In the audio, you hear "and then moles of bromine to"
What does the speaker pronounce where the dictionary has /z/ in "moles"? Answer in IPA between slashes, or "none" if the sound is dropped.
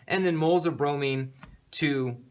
/z/